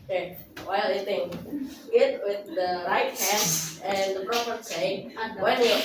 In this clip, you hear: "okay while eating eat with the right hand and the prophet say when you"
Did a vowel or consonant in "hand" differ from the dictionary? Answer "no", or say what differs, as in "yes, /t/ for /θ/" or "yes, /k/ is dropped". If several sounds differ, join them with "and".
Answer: yes, /d/ is dropped